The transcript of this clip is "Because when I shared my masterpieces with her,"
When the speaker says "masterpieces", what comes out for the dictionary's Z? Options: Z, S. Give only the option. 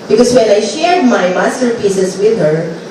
S